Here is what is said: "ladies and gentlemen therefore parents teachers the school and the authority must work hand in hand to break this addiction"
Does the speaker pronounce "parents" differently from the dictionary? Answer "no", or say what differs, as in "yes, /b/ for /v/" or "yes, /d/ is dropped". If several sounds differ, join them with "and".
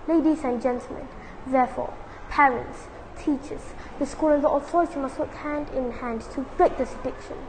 no